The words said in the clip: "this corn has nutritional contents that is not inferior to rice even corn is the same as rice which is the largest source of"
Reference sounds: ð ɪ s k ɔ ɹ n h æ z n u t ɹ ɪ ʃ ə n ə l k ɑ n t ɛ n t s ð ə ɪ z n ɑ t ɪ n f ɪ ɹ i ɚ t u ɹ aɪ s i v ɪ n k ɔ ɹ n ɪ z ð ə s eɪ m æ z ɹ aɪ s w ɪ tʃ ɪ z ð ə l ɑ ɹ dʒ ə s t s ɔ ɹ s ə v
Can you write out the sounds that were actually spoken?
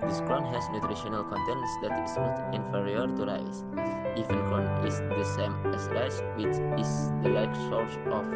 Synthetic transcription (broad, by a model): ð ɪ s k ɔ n h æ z n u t ɹ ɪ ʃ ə n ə l k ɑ n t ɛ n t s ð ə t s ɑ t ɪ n f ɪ ɹ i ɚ t u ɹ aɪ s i f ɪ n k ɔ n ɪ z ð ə s eɪ m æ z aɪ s w ɪ tʃ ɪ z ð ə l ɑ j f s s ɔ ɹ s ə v